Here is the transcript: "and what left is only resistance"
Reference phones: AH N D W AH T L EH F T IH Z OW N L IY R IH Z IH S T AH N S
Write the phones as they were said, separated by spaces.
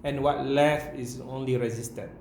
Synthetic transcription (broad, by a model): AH N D W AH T L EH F IH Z OW N L IY R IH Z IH S T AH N